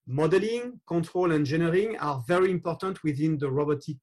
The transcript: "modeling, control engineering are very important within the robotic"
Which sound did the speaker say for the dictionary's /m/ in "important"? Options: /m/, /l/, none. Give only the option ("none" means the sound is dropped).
/m/